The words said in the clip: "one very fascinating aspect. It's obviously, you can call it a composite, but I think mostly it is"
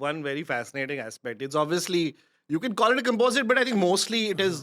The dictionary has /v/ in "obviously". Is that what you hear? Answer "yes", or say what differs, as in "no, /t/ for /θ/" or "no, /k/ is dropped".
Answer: yes